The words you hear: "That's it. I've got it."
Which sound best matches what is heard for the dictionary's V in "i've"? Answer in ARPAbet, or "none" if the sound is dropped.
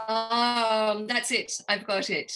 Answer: V